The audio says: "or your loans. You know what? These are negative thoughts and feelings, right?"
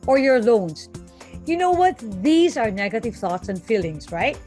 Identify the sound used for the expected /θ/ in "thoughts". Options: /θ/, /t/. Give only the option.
/θ/